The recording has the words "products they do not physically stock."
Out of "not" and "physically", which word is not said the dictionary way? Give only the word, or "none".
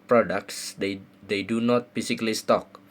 physically